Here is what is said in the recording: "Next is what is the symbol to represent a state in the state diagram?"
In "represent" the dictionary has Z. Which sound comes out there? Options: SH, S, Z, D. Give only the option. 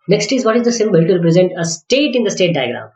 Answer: Z